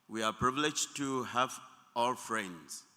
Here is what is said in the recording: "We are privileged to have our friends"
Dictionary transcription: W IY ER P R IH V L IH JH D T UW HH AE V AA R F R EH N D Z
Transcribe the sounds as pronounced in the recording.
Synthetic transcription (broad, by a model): W IY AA P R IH V L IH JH T UW HH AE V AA L F R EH N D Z